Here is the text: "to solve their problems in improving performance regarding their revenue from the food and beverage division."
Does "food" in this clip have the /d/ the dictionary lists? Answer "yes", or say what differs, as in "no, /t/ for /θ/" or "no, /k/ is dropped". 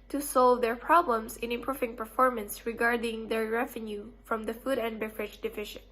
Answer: yes